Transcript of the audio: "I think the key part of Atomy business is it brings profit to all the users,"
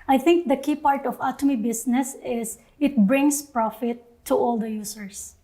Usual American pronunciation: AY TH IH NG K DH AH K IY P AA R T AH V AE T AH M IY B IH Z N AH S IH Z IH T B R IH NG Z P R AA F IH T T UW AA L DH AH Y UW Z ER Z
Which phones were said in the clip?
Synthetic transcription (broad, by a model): AY T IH NG K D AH K IY P AA R T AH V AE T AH M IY B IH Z N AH S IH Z IH T B R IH NG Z P R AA F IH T T UW AA L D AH Y UW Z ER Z